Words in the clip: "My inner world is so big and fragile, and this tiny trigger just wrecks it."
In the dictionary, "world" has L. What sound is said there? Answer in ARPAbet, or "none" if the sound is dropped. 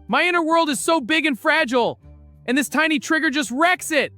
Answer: L